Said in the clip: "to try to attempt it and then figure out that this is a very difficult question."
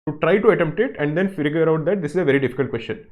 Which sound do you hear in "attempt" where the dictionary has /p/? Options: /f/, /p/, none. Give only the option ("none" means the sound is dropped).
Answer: /p/